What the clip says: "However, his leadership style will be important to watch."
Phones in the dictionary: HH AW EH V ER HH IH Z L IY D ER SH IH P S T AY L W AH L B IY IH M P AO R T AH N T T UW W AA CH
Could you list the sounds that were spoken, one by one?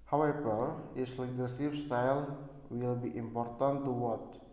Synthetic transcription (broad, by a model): HH AW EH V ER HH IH S L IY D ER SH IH F S T AY L W AH L B IY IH M P AO R T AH N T T UW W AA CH